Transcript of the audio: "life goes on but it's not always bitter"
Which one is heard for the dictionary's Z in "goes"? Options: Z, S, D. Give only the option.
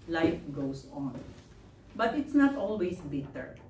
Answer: S